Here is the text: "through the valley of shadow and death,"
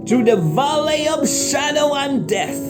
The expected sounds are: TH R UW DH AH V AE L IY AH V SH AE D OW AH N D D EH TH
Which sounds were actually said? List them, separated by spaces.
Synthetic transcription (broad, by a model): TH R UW DH AH V AE L IY AH V SH AE D OW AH N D D EH TH